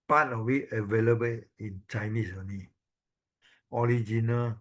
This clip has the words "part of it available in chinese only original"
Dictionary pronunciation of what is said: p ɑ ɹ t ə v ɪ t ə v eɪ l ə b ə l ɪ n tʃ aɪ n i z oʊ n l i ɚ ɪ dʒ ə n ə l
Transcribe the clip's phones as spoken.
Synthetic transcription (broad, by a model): p ɑ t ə w ɪ t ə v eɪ l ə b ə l ɪ n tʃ aɪ n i s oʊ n i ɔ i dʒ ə n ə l